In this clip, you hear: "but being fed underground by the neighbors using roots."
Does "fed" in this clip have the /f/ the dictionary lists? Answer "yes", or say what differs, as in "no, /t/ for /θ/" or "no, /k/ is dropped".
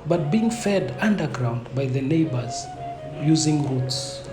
yes